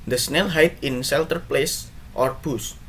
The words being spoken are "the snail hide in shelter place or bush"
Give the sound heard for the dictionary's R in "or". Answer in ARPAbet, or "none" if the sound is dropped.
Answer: R